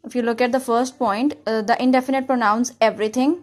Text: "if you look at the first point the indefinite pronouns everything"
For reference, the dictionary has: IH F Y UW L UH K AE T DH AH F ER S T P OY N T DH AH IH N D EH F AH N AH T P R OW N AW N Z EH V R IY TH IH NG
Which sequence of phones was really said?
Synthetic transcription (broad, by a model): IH F Y UW L UH K AE T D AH F ER S T P OY N T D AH IH N D EH F AH N AH T P R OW N AW N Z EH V R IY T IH NG